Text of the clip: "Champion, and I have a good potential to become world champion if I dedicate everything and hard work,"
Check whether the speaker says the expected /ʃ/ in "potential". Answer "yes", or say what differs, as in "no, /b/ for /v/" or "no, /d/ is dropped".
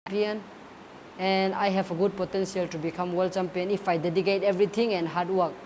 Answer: no, /s/ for /ʃ/